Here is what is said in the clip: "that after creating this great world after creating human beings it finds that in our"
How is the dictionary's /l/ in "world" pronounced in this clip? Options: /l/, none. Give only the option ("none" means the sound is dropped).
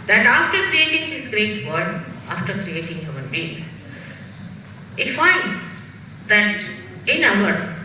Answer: none